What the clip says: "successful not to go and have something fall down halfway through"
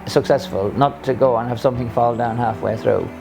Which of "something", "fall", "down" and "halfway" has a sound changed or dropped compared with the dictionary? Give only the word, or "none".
none